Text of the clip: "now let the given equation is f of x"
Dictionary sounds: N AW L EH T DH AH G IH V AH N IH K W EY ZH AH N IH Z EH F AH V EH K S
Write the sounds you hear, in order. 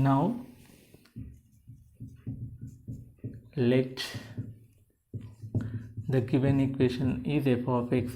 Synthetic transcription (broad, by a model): N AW L EH T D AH G IH V AH N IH K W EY SH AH N IH Z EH P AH F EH K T